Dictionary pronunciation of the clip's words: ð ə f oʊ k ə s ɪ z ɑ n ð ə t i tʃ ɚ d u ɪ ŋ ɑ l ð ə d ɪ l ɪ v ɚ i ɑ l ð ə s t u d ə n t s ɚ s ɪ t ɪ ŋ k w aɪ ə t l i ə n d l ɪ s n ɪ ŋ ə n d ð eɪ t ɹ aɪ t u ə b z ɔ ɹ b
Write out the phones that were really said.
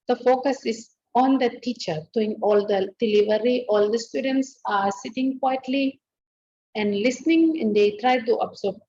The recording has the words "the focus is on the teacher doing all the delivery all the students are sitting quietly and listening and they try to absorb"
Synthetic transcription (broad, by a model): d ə f oʊ k ə s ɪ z ɑ n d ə t i tʃ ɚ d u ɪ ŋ ɑ l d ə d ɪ l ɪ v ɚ i ɑ l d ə s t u d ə n t s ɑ s ɪ t ɪ ŋ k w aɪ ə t l i ə n d l ɪ s n ɪ ŋ ə n d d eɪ t ɹ aɪ t u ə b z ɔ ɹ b